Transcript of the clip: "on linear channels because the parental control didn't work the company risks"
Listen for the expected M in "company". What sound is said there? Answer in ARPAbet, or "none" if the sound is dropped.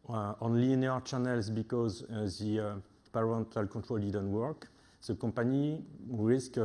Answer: none